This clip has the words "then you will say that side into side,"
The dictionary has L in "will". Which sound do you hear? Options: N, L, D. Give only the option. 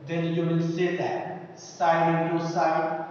N